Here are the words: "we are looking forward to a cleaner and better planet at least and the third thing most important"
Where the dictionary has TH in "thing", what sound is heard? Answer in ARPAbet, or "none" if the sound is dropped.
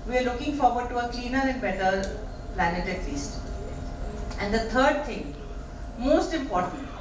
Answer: T